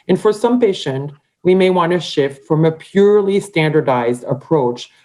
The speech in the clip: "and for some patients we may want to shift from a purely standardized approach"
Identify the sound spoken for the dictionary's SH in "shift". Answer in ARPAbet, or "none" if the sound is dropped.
SH